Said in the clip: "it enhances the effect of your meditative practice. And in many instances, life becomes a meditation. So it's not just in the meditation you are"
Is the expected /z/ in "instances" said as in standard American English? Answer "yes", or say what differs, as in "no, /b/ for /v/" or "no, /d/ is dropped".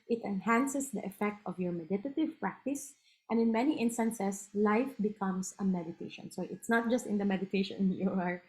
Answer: no, /s/ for /z/